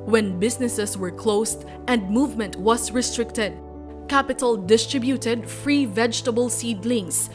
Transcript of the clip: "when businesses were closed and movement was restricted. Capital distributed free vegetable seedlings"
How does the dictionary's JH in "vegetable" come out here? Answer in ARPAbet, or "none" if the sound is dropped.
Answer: JH